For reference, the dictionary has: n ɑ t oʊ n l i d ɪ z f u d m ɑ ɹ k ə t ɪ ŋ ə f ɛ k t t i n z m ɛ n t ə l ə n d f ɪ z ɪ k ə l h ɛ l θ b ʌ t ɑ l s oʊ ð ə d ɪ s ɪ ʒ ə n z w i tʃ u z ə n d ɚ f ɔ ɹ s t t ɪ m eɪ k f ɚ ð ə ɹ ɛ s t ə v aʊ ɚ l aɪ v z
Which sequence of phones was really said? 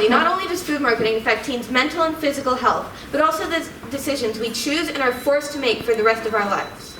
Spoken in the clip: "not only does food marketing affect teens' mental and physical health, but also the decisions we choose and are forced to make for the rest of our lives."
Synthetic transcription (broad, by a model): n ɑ t oʊ n l i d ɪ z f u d m ɑ ɹ k ə t ɪ ŋ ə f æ k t t i n z m ɛ n t l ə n f ɪ z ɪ k l h ɛ l θ b ʌ t ɑ l s oʊ ð ə d ɪ s ɪ ʒ ə n z w i tʃ u z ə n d ɚ f ɔ ɹ s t t ɪ m eɪ k f ɚ ð ə ɹ ɛ s t ə v aʊ ɚ l aɪ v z